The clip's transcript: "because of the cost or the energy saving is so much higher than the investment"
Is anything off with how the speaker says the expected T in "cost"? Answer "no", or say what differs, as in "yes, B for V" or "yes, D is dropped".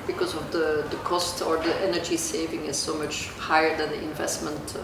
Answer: no